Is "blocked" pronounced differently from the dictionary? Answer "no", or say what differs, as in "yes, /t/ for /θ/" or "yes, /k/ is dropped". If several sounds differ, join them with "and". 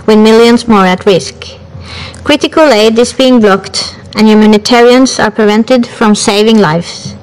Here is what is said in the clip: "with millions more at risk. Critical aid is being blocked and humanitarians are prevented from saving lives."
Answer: no